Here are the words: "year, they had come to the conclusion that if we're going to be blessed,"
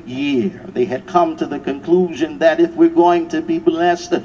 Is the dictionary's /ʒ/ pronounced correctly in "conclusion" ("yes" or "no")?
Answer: yes